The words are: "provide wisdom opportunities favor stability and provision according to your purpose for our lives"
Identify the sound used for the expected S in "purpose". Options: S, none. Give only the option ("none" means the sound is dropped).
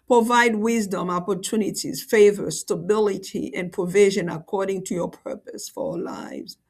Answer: S